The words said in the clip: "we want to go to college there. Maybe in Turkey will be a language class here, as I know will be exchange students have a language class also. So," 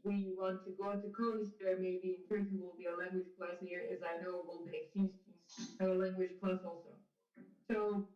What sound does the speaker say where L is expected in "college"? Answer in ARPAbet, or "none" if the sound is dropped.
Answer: none